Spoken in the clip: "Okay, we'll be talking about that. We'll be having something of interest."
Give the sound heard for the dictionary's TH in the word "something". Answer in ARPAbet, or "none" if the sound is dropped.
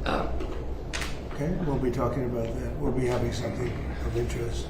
TH